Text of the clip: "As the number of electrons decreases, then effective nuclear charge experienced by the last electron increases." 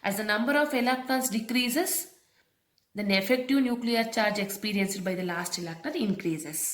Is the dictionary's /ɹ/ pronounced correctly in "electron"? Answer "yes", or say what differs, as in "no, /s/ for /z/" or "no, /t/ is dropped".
no, /ɹ/ is dropped